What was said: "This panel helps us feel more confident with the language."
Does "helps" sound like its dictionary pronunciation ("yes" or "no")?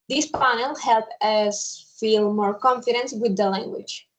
no